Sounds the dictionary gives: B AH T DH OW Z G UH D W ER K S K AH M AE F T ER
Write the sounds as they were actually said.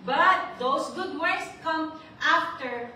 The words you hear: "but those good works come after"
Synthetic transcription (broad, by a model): B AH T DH OW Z G UH D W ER S K AH M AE F T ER